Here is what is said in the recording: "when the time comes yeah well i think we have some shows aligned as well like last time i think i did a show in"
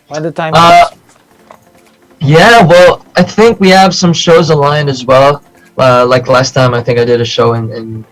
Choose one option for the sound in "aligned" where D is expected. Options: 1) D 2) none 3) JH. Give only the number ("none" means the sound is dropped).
2